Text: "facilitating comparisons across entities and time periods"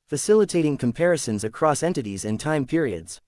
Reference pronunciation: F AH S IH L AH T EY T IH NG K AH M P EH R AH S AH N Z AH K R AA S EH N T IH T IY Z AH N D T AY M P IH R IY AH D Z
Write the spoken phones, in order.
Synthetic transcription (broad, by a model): F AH S IH L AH T EY T IH NG K AH M P EH R AH S AH N Z AH K R AA S EH N T IH T IY Z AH N T AY M P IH R IY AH D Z